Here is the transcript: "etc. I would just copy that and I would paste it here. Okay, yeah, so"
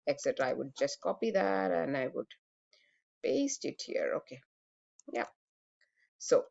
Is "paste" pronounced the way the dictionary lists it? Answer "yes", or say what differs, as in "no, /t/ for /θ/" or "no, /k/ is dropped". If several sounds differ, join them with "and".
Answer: no, /b/ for /p/